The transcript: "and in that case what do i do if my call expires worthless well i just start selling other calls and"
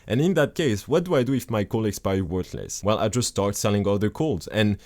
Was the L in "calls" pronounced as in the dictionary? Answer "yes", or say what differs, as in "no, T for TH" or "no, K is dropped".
yes